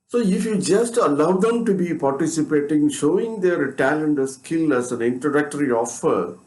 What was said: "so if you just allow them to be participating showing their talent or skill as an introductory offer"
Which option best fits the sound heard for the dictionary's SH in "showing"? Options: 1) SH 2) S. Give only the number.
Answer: 1